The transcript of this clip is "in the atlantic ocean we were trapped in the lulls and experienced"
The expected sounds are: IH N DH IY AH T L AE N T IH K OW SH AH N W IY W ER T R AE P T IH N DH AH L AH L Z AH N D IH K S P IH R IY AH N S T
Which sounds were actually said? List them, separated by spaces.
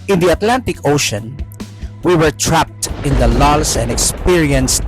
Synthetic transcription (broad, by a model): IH N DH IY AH T L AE N T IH K OW SH AH N W IY W ER T R AE P T IH N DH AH L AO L S AH N D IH K S P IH R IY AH N S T